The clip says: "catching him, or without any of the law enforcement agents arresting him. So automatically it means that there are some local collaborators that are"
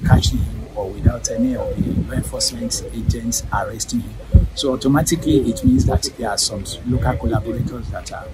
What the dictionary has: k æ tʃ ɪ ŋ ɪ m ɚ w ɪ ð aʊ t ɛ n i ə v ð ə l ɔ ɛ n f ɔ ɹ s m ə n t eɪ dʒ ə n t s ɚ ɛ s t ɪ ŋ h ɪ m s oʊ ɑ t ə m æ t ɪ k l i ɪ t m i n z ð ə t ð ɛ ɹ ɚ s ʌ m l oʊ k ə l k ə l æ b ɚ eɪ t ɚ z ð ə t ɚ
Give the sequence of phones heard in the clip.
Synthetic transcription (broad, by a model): k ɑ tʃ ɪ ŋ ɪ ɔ w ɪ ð aʊ t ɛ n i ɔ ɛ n f ɔ s m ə n t eɪ dʒ ə n t s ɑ ɛ s t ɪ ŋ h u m s oʊ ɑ t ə m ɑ t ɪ k l i ɪ t m i n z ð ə t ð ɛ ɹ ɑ s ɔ m l oʊ k ə l k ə l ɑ b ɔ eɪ t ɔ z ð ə t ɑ